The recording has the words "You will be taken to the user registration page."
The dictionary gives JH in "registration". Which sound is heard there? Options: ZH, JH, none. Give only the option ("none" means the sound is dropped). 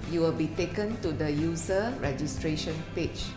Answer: JH